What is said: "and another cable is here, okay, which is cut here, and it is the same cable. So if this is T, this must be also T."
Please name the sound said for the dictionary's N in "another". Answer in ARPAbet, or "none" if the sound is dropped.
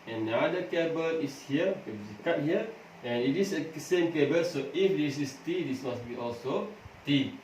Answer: none